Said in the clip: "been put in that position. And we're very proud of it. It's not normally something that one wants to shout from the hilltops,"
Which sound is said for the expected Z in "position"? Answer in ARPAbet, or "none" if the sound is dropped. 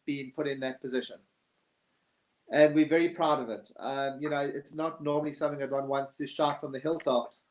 Z